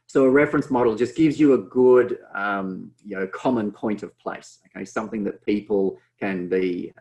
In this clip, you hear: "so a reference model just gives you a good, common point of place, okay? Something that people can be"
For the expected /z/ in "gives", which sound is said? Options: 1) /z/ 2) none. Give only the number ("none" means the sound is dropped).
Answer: 1